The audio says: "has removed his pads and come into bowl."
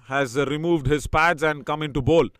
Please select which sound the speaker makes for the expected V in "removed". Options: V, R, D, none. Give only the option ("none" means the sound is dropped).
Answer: V